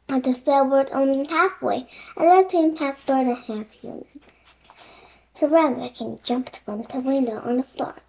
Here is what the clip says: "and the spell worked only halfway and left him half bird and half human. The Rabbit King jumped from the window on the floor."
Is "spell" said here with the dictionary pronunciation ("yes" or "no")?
no